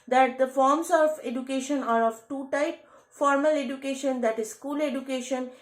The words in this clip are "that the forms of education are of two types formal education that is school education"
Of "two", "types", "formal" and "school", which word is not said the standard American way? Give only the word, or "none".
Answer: types